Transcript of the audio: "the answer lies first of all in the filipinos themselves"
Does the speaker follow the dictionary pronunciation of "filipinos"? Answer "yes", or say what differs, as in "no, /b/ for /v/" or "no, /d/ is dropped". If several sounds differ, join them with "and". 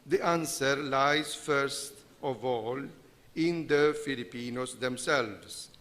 no, /s/ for /z/